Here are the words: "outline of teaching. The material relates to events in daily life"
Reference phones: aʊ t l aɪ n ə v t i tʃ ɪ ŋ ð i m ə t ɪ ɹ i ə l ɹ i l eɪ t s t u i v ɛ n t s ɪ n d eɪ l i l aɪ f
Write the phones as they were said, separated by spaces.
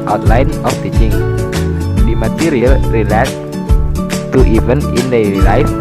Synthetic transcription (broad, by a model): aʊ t l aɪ n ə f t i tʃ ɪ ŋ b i m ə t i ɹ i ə l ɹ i l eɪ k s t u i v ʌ n ɪ n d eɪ i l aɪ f